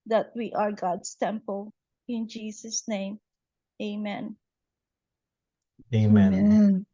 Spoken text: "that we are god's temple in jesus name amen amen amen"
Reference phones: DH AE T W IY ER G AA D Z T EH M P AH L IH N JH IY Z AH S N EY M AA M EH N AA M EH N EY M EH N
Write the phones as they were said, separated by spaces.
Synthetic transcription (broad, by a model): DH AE T W IY ER G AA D S T EH M P AH L IH N JH IY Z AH S N EY AA M EH AA M EH N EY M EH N